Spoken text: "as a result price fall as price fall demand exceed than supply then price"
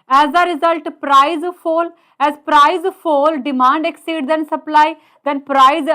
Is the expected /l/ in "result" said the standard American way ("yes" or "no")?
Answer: yes